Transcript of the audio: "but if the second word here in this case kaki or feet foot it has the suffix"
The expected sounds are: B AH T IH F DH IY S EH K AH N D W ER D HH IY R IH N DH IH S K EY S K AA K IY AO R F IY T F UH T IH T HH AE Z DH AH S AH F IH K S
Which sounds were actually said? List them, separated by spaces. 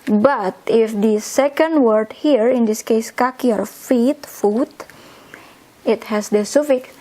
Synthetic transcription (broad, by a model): B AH T IH F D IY S EH K AH N D W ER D HH IY R IH N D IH S K EY S K AA K IY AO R F IY T F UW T IH T HH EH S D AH S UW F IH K